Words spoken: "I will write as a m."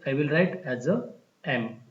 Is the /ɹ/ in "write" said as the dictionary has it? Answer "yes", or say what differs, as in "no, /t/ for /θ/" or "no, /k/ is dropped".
yes